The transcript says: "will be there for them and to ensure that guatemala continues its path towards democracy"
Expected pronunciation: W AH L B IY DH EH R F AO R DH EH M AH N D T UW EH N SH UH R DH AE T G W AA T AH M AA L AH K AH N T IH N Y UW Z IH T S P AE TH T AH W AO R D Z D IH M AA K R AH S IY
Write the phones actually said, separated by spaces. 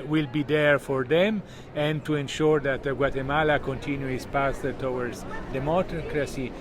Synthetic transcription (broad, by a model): W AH L B IY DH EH R F AO R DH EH M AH N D T UW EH N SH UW R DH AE T G W AA T AH M AA L AH K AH N T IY N Y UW IH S P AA S T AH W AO R D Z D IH M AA K R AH S IY